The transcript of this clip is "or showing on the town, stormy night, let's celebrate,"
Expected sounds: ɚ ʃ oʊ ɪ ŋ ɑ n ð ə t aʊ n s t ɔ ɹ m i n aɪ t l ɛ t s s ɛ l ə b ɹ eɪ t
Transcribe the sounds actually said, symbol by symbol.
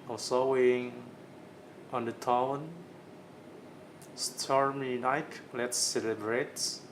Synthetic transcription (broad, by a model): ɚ s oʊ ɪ ŋ ɑ n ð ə t aʊ n s t ɔ ɹ m i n aɪ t l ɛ t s s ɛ l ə b ɹ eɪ t